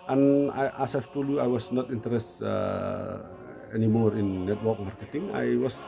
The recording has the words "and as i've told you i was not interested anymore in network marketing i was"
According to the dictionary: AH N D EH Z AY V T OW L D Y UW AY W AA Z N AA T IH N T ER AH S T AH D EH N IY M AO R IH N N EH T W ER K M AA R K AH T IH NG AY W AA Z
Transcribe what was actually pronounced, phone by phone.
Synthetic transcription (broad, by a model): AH N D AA S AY F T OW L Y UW AY W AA S N AA T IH N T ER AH S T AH EH N IY M AO R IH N N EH T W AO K M AA R K AH T IH NG AY W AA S